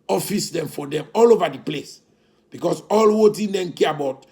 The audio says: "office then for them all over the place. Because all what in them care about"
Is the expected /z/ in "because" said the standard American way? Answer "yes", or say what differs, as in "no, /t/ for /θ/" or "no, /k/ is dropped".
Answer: no, /s/ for /z/